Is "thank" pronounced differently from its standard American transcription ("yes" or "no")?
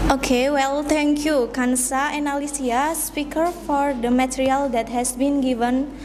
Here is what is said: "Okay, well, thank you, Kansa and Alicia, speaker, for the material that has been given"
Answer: yes